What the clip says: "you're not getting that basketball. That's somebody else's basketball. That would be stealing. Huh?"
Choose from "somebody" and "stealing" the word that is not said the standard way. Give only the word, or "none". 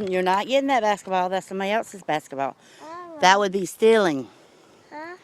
somebody